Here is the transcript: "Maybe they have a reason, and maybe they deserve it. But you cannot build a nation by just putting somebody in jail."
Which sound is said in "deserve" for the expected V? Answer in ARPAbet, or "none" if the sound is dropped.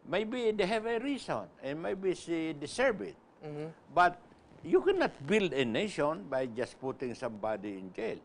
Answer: B